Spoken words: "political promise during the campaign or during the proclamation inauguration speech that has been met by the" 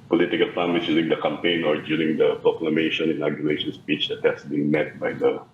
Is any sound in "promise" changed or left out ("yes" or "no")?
yes